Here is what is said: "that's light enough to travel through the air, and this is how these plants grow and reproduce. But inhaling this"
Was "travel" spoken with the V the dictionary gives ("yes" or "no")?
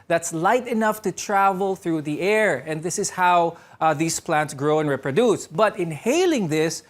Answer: yes